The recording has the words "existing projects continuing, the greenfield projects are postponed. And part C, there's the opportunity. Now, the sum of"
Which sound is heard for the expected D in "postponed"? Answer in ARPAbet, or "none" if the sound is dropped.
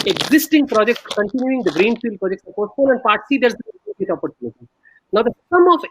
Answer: none